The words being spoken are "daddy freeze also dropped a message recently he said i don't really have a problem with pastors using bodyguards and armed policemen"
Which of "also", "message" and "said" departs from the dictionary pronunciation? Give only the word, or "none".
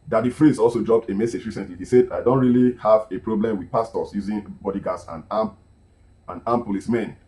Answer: none